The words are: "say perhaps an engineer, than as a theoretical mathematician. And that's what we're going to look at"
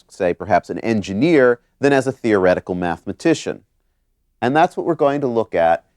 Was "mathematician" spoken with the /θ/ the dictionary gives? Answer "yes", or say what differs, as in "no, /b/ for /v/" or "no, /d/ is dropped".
yes